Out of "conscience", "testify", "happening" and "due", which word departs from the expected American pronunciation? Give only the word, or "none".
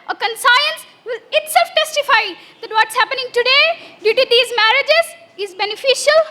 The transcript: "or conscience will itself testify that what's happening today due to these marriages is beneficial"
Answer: conscience